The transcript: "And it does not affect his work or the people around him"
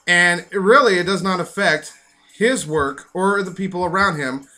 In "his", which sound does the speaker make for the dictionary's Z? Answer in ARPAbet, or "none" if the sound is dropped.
Z